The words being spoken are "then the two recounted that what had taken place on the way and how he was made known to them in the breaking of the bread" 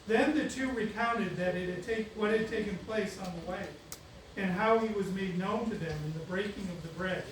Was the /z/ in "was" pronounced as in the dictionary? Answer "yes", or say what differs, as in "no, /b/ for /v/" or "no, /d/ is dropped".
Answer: yes